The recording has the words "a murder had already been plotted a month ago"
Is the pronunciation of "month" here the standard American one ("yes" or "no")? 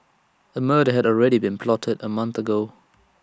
yes